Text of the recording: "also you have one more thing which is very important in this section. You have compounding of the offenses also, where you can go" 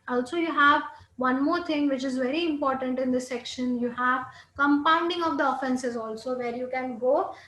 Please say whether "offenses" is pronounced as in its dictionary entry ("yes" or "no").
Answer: yes